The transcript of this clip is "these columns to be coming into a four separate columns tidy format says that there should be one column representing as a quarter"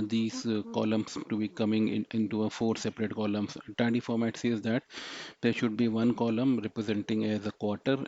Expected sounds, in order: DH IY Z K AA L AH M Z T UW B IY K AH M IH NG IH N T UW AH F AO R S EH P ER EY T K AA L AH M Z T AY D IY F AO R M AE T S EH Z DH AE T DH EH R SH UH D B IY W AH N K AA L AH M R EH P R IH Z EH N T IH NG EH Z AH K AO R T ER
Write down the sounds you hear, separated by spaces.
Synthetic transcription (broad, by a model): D IY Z K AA L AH M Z T UW B IY K AH M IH NG IH N T UW AH F AO R S EH P ER EY T K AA L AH M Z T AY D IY F AO R M AE T S EH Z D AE T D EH R SH UH D B IY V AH N K AA L AH M R EH P R IH Z EH N T IH NG EH Z AH K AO R T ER